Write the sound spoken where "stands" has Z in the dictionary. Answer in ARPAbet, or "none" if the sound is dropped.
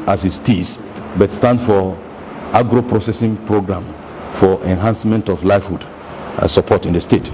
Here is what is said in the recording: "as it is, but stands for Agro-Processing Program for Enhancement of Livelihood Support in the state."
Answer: none